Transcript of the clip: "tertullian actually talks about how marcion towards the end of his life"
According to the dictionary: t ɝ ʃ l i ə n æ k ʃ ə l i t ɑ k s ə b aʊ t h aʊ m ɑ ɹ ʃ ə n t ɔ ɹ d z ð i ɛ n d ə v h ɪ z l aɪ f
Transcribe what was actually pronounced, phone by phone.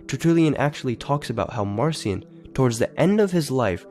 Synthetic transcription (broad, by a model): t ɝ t l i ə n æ k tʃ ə l i t ɑ k s ə b aʊ t h aʊ m ɑ ɹ s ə n t ɔ ɹ d z ð i ɛ n d ə v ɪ z l aɪ f